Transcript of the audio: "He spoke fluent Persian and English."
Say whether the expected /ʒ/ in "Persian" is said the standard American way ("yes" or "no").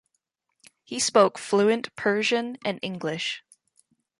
yes